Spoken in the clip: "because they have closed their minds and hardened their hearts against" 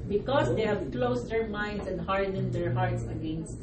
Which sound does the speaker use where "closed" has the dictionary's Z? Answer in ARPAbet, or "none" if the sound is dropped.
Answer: S